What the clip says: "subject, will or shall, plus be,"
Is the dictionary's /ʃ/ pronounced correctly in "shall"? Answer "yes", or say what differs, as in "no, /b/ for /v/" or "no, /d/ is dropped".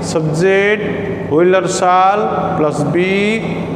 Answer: no, /s/ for /ʃ/